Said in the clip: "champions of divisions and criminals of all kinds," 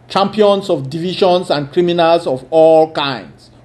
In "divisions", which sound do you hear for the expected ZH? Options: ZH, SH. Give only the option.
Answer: SH